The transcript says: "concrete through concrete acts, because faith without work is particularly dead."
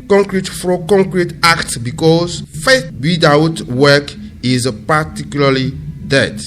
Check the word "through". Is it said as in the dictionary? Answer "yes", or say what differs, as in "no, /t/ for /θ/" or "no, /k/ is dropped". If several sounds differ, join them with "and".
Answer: no, /f/ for /θ/